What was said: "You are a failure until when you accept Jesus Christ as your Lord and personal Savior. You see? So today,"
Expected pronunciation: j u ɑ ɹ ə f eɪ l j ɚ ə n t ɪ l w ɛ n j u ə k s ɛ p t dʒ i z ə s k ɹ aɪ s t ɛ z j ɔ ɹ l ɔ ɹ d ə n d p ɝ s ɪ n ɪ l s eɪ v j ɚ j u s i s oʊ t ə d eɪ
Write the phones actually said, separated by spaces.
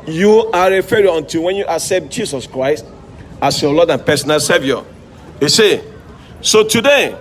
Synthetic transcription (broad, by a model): j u ɑ ɹ ə f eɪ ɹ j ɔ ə n t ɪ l w ɛ n j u ə k s ɛ p t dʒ i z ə s k ɹ aɪ s t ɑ s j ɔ l ɔ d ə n p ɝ s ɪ n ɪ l s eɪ v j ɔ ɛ s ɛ s oʊ t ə d eɪ